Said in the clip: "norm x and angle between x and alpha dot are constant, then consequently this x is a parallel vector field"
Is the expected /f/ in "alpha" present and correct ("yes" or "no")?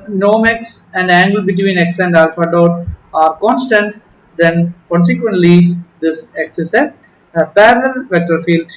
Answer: yes